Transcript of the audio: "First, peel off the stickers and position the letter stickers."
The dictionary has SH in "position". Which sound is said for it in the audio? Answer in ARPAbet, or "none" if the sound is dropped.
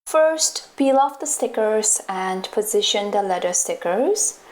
SH